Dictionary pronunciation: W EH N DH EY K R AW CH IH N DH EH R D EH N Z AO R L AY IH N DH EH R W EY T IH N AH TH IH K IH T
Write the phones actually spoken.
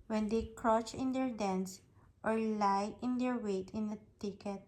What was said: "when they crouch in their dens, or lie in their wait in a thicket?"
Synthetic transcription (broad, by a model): W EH N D EY K R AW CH IH N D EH R D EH N S AO R L AY IH N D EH R W EY T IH N AH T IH K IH T